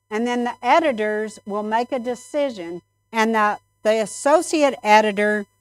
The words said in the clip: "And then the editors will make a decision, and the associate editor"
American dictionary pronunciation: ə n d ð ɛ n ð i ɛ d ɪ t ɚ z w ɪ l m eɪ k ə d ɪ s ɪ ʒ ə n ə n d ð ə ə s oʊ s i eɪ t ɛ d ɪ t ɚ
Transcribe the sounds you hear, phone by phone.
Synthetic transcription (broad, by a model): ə n ð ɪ n ð i ɛ d ɪ t ɚ z w ɪ l m eɪ k ə d ɪ s ɪ ʒ ə n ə n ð ð ə ə s oʊ s i eɪ t ɛ d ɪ t ɚ